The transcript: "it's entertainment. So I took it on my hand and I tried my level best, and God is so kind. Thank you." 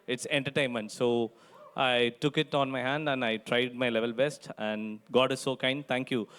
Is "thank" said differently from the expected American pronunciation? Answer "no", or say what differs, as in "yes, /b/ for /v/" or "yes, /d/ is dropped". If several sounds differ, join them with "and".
yes, /t/ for /θ/